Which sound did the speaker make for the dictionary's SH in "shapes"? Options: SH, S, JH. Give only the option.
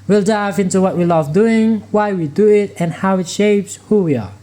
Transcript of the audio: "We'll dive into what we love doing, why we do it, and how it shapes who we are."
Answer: SH